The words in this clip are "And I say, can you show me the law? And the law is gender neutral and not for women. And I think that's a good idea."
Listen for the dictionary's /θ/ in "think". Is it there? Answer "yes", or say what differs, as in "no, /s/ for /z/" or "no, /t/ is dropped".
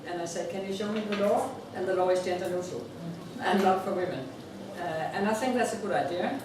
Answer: yes